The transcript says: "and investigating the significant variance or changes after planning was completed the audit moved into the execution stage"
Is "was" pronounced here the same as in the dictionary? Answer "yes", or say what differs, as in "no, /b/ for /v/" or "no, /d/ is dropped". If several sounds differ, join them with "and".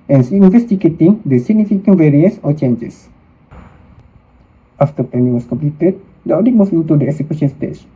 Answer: no, /s/ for /z/